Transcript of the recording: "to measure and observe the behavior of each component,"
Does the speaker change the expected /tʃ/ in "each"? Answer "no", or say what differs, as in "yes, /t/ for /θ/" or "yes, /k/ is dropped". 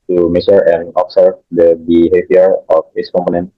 yes, /s/ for /tʃ/